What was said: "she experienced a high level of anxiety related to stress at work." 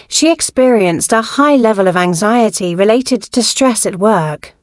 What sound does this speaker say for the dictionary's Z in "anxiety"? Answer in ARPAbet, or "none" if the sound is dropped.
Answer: Z